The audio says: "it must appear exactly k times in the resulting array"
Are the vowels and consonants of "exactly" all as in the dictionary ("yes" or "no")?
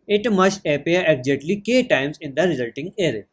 no